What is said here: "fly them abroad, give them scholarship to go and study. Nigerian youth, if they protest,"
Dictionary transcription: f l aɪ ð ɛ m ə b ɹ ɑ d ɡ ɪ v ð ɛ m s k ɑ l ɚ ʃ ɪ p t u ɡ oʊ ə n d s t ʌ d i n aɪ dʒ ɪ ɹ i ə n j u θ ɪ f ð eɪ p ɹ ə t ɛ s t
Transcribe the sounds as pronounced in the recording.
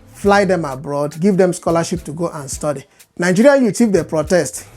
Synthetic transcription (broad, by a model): f l aɪ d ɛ m ə b ɹ ɑ d ɡ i v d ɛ m s k ɑ l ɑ ʃ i p t u ɡ oʊ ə n s t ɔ d i n aɪ dʒ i ɹ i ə j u t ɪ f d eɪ p ɹ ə t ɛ s t